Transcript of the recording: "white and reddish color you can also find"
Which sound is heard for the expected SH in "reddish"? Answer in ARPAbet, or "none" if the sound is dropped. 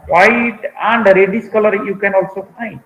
S